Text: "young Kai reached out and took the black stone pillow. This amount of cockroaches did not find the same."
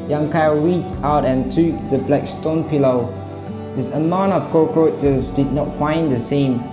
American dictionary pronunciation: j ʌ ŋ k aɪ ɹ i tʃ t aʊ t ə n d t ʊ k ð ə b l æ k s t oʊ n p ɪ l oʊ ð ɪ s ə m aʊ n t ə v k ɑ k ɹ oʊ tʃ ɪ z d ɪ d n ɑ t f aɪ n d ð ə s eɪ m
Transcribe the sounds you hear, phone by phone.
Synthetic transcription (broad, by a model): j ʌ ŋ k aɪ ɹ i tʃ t aʊ t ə n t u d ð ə b l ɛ k s t oʊ n p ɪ l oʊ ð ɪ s ə m aʊ n t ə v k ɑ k oʊ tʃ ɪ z d ɪ d n ɑ t f aɪ n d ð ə s eɪ m